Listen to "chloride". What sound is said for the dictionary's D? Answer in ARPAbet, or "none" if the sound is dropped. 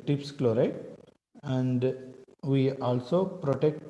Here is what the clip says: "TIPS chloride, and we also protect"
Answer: none